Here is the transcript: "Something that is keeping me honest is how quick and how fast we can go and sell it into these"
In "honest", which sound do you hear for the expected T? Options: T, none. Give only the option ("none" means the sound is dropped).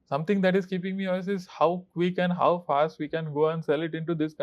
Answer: none